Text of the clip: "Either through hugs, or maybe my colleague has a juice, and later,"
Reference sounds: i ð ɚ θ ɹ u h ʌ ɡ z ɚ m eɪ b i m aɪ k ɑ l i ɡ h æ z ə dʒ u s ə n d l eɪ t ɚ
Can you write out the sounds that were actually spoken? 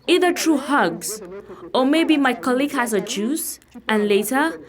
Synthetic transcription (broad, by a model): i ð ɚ t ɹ u h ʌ ɡ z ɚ m eɪ b i m aɪ k ɑ l i ɡ h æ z ə dʒ u s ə n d l eɪ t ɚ